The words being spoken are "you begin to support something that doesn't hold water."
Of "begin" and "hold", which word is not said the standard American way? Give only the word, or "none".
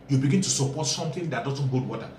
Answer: hold